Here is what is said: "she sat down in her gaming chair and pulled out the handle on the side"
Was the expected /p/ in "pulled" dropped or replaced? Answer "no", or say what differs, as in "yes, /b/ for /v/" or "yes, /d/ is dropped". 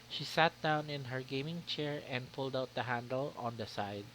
no